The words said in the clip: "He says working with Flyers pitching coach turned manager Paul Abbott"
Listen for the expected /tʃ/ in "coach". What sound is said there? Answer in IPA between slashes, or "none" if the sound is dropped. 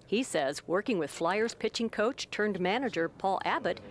/tʃ/